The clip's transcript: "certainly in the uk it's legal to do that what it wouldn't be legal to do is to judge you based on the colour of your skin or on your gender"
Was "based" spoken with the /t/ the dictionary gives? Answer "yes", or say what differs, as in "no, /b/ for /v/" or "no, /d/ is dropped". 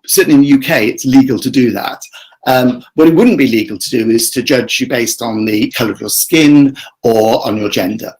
yes